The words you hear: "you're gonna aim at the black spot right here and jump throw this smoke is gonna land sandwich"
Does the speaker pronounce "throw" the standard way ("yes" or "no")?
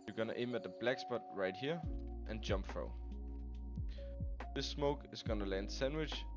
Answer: no